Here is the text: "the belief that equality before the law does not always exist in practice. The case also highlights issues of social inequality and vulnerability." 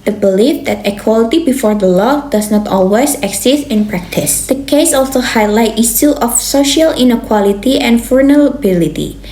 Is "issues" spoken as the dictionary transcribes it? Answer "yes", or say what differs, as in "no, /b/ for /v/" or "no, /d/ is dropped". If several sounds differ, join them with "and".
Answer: no, /s/ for /ʃ/